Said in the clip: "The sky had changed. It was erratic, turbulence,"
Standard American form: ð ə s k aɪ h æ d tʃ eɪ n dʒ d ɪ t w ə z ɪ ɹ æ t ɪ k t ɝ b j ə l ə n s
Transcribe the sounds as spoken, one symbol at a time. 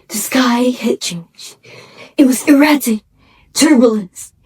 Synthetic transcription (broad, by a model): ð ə s k aɪ h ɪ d tʃ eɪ n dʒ ɪ t w ə z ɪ ɹ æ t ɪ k t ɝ b j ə l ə n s